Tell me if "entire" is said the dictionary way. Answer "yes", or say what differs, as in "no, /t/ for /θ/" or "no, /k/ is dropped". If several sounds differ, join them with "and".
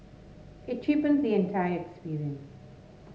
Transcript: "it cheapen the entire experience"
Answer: yes